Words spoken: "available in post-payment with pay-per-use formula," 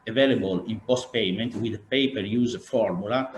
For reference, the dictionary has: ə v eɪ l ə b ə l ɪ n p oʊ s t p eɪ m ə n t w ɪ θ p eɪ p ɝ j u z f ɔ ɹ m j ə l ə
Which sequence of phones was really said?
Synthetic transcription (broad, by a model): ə v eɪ l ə b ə l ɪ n p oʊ s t p eɪ m ə n t w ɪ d p eɪ p ɝ j u z f ɔ ɹ m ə l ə